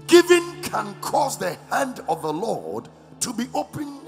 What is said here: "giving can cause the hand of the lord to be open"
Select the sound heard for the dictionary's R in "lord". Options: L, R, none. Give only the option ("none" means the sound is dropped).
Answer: R